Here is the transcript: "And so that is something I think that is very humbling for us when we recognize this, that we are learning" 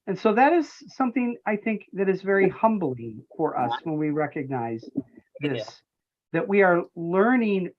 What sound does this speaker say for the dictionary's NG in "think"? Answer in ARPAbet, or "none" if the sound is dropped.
NG